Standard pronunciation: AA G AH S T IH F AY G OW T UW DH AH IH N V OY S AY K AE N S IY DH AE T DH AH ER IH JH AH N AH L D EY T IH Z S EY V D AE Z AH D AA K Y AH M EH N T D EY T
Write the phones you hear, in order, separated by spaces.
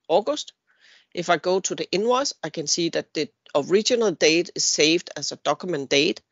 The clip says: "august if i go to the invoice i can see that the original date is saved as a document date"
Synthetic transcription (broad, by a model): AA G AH S T IH F AY G OW S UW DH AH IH N W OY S AY K AE N S IY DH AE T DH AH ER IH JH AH N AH L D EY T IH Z S EY V D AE S AH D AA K Y M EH N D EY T